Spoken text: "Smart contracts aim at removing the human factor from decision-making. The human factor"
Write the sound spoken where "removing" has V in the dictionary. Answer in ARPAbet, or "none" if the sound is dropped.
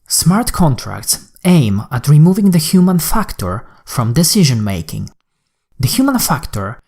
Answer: V